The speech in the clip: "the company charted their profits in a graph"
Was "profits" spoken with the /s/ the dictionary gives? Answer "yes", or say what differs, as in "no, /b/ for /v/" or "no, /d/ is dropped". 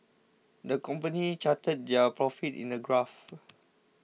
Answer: no, /s/ is dropped